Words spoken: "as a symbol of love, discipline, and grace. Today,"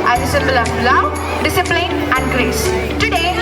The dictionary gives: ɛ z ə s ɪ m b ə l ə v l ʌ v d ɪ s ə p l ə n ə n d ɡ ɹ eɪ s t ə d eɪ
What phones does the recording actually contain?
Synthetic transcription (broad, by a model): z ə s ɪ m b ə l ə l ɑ w d ɪ s ə p l ə n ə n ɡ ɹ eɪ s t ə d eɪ